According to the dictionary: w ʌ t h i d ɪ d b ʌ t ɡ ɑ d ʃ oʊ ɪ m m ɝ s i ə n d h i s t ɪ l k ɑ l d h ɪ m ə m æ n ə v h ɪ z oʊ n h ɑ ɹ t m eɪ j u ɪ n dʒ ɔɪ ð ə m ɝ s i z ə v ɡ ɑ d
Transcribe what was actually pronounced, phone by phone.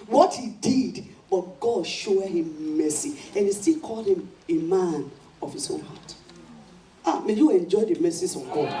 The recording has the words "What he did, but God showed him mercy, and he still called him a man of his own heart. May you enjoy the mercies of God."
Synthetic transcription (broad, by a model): w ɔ t h i d ɪ d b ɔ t ɡ ɑ d ʃ oʊ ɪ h m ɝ s i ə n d h i s t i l k ɑ l d h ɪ m ə m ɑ n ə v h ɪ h oʊ n h ɑ t m eɪ j u ɪ n dʒ ɔɪ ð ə m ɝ s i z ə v ɡ ɑ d